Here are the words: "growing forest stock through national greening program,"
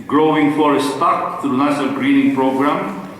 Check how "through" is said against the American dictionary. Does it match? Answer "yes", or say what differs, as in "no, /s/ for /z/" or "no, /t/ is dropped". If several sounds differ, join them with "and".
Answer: no, /t/ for /θ/